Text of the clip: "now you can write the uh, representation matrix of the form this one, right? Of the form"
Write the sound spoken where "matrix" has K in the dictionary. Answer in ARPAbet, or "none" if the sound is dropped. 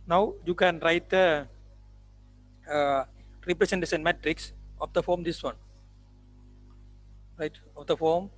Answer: K